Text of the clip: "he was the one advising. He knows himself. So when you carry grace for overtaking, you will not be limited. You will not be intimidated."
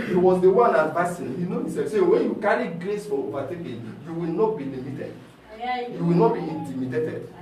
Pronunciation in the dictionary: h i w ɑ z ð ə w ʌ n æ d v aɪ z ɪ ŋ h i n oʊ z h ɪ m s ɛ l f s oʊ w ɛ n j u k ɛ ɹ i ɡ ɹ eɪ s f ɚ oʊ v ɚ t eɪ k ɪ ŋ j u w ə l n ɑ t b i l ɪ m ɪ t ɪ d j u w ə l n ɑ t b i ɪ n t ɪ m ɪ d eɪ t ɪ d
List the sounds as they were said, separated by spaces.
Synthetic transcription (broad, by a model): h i w ɑ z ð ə w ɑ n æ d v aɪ s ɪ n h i n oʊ h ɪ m s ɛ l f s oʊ w ɛ n j u k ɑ ɹ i ɡ ɹ eɪ s f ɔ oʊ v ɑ t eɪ k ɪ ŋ j u w ə l n ɑ t b i l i m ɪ t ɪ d j u w ə l n ɑ t b i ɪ n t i m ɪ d eɪ t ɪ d